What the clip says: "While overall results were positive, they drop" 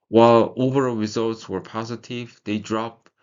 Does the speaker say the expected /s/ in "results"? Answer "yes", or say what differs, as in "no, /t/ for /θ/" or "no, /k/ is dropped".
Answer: yes